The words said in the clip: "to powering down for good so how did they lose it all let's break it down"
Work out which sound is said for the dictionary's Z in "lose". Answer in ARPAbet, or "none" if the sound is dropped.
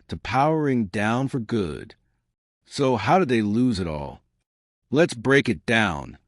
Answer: Z